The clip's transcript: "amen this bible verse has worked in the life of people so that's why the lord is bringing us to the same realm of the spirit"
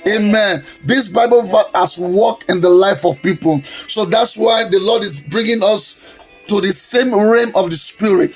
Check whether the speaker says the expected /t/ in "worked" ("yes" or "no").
no